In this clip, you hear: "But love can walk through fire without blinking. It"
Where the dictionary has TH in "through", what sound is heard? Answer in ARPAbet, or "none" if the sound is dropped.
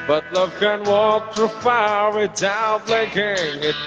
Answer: T